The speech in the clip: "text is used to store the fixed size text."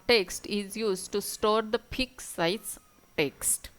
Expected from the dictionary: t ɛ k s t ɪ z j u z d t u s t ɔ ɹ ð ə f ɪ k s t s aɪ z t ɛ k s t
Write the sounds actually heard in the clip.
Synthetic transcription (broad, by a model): t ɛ k s t ɪ z j u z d t u s t ɔ ɹ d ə p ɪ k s s aɪ s t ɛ k s t